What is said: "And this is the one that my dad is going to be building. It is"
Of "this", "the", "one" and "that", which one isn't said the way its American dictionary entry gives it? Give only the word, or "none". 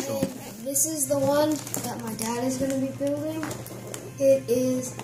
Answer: none